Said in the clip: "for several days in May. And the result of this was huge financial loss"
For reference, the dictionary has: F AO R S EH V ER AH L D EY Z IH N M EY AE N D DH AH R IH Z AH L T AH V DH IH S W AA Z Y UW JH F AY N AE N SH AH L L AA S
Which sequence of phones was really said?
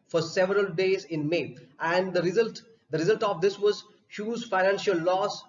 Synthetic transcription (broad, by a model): F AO R S EH V ER AH L D EY Z IH N M EY AE N D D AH R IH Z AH L T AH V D IH S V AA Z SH UW Z F AY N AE N SH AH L L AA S